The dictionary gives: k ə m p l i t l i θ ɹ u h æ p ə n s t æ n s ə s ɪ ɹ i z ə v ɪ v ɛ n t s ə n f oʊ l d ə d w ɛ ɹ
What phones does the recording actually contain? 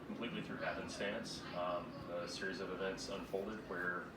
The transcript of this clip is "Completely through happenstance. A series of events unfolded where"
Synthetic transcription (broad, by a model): k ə m p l i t l i θ ɹ u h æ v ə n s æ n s ə s ɪ ɹ i z ə v ɪ v ɛ n t s ə n f oʊ l d ə d w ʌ ɹ